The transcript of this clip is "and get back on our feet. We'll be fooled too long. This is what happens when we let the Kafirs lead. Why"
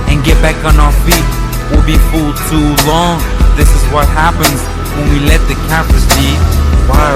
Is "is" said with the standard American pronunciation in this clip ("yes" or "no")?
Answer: yes